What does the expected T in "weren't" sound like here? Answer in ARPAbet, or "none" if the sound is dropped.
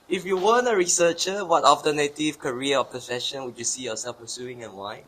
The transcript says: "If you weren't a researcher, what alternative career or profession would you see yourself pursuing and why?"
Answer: none